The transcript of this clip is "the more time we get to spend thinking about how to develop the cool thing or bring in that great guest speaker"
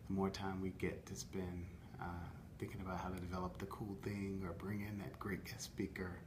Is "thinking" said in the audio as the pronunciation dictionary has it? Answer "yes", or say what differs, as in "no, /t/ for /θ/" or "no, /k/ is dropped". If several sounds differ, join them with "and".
yes